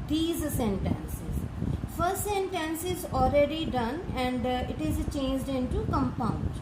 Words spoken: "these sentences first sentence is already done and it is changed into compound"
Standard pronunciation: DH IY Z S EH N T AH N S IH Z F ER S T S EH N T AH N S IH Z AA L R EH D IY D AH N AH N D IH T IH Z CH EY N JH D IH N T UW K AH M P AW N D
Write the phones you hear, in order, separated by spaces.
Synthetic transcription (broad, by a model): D IY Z S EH N T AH N S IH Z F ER S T S EH N T AH N S IH Z AA L R EH D IY D AH N AH N D IH T IH Z CH EY N JH D IH N T UW K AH M P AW N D